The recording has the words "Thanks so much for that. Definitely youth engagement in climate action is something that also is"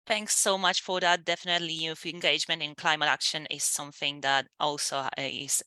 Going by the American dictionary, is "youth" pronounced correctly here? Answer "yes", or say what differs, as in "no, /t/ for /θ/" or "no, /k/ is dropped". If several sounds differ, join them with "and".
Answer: no, /f/ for /θ/